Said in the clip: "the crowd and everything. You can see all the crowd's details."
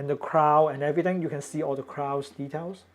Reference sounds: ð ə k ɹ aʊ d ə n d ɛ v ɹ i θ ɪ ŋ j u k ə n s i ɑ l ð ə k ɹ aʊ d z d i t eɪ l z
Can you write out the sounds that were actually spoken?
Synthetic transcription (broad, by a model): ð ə k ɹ aʊ ə n ɛ v ɹ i t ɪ ŋ j u k ə n s i ɑ l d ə k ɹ aʊ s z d i t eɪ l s